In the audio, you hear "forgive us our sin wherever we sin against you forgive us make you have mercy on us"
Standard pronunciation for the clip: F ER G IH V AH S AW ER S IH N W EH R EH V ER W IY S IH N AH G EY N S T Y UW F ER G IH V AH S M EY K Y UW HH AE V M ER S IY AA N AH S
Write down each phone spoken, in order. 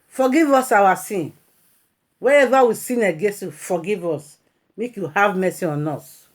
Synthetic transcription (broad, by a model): F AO G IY V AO S AW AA S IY N W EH EH V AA W IY S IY N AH G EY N S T Y UW F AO G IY V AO S M EY K Y UW HH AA V M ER S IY AA N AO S